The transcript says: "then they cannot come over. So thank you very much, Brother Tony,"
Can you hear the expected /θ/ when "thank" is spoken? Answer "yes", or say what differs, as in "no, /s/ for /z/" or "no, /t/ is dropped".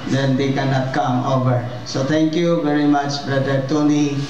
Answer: no, /t/ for /θ/